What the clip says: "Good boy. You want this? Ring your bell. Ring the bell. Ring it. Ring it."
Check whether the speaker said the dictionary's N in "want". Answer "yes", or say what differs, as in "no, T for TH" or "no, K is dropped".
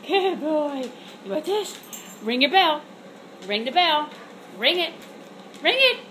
no, N is dropped